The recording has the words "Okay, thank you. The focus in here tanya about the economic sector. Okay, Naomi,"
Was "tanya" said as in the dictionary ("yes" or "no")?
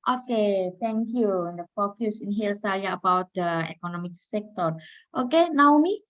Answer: no